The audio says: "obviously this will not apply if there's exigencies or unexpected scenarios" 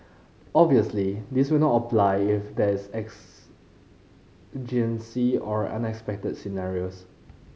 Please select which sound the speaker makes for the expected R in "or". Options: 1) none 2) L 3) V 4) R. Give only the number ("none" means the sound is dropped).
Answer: 4